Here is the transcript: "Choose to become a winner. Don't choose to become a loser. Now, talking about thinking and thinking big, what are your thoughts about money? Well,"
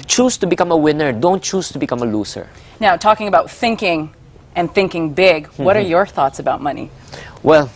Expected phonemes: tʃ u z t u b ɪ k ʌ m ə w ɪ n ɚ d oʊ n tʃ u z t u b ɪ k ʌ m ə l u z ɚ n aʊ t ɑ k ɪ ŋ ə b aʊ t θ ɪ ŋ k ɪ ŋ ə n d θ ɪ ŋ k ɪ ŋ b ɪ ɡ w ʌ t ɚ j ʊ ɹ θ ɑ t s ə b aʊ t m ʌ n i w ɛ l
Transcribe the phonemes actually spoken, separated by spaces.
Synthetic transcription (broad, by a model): tʃ u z t u b ɪ k ʌ m ə w ɪ n ɚ d oʊ n tʃ u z t u b ɪ k ʌ m ə l u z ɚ n aʊ t ɑ k ɪ ŋ ə b aʊ t θ ɪ ŋ k ɪ ŋ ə n θ ɪ ŋ k ɪ ŋ b ɪ ɡ w ʌ t ɚ j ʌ ɹ θ ɑ t s ə b aʊ t m ʌ n i w ɛ l